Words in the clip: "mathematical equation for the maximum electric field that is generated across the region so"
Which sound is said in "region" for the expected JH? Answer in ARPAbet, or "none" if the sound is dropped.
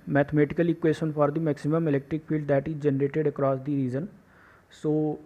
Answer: Z